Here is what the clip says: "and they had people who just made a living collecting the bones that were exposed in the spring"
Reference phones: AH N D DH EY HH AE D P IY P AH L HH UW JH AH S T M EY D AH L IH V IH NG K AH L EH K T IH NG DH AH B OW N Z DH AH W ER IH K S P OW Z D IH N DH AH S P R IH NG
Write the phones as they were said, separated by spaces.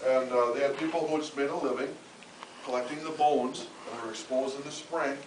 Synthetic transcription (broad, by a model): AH N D DH EY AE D P IY P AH L HH UW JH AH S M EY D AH L IH V IH NG K AH L EH K T IH NG DH AH B OW N Z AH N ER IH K S P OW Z IH N DH AH S P R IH NG